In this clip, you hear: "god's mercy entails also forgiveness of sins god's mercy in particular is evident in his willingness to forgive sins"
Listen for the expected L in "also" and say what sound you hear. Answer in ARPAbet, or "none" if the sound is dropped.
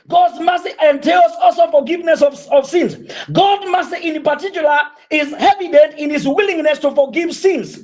L